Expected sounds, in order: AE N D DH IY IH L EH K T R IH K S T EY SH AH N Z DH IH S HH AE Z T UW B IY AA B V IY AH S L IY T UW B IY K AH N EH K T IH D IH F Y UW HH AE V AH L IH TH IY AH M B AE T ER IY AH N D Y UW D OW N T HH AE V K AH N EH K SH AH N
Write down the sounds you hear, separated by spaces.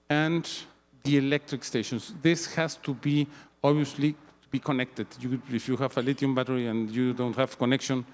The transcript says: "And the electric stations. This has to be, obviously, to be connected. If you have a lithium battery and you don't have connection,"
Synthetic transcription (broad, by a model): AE N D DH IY IH L EH K T R IH K S T EY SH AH N S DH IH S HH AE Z T UW B IY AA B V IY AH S L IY T UW B IY K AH N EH K T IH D IH F Y UW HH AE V AH L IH T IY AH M B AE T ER IY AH N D Y UW D OW N T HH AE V K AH N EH K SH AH N